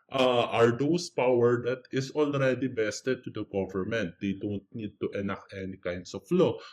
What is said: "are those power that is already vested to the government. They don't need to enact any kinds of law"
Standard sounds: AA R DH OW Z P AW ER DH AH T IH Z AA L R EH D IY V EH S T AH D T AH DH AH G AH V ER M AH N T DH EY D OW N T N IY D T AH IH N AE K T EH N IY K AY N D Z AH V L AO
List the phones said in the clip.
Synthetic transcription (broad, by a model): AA R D OW S P AW ER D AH T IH S AA L R EH D IY B EH S T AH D T AH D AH G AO V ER M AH N T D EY D OW N T N IY D T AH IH N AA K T EH N IY K AY N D S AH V L AO